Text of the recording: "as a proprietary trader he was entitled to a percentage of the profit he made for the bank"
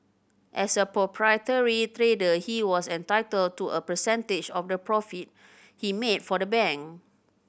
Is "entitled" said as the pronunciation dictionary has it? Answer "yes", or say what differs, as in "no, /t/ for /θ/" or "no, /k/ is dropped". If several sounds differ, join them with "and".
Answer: yes